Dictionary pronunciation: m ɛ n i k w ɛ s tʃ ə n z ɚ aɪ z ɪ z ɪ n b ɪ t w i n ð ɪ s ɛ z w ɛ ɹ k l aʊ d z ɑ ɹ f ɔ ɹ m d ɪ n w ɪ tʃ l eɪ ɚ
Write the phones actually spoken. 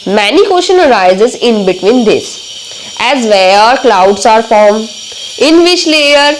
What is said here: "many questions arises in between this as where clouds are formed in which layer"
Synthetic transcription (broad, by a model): m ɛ n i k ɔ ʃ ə n ɚ aɪ z ɪ z ɪ n b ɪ t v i n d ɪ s ɛ z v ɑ ɹ k l aʊ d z ɑ ɹ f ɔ ɹ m ɪ n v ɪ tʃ l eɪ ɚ